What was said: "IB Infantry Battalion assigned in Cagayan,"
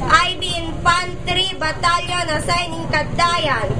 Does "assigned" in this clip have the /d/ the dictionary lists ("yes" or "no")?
no